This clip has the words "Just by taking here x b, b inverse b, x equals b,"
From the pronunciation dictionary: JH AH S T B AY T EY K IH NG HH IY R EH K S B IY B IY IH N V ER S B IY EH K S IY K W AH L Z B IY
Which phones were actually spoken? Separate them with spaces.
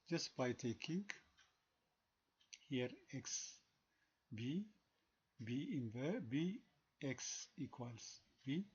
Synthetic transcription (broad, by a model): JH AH S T B AY T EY K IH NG HH IY R EH K S B IY B IY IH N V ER B IY EH K S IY K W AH L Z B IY